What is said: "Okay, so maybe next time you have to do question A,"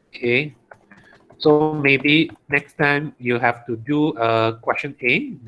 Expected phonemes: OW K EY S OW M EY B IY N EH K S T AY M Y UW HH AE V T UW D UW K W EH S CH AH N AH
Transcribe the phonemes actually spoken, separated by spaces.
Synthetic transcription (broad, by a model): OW K EY S OW M EY B IY N EH K S T AY M Y UW HH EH F T UW D UW K W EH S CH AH N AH